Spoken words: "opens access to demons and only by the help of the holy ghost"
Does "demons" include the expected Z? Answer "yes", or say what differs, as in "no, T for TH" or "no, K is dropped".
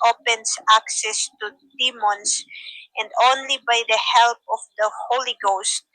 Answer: no, S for Z